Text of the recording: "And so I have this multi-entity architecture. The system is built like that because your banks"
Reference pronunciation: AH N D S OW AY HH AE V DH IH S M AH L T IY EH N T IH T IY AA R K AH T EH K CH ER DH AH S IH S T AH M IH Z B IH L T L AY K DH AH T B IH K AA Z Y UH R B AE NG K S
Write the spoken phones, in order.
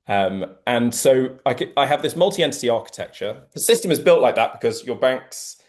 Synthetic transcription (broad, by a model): AH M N S OW AY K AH V DH IH S M AH L T IY EH N T IH T IY AA K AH T EH K CH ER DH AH S IH S T AH M IH Z B IH L T L AY K DH AH T B IH K AA Z Y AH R B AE NG K S